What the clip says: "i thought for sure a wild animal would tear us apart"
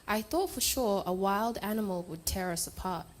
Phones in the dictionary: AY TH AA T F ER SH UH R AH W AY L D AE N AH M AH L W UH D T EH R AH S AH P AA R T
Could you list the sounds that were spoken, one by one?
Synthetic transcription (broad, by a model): AY TH AA T F ER SH UH R AH W AY L D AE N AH M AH L W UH D T EH R AH S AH P AA R T